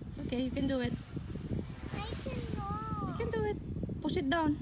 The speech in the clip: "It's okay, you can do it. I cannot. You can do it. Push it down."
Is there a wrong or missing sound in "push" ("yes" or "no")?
yes